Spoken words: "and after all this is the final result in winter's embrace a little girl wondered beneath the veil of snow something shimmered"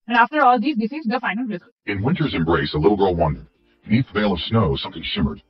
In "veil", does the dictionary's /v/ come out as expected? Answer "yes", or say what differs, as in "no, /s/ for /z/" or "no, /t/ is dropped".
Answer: yes